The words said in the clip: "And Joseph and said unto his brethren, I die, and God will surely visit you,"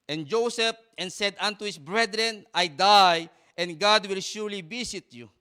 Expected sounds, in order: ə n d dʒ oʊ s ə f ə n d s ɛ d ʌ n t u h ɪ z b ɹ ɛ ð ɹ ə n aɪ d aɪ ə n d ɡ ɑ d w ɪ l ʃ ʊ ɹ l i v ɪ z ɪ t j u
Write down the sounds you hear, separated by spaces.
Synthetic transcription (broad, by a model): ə n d dʒ oʊ s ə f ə n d s ɛ d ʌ n t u h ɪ s b ɹ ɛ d ɹ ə n aɪ d aɪ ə n ɡ ɑ d w ɪ l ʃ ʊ ɹ l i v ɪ s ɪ t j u